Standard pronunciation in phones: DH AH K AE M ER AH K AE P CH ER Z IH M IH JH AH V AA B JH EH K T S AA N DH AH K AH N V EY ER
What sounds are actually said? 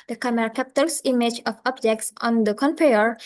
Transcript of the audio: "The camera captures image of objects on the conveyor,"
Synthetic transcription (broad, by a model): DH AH K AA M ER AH K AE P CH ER S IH M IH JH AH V AA B JH EH K T S AA N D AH K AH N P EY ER